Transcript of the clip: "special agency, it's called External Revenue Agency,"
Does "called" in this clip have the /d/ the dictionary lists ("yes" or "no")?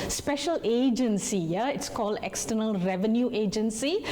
yes